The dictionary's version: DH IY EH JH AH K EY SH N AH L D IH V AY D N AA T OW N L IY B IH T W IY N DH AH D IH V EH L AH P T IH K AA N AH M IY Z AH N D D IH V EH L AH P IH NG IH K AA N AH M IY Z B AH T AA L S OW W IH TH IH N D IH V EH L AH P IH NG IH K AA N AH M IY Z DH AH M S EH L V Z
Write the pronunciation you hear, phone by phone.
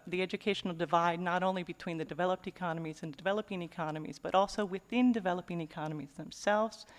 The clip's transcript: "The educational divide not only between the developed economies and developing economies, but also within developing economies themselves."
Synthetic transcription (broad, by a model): DH IY EH JH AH K EY SH N L D IH V AY D N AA T OW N L IY B IH T W IY N DH AH D IH V EH L AH P T IH K AA N AH M IY Z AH N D D IH V EH L AH P IH NG IH K AA N AH M IY Z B AH T AA L S OW W IH TH IH N D IH V EH L AH P IH NG IH K AA N AH M IY Z DH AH M S EH L V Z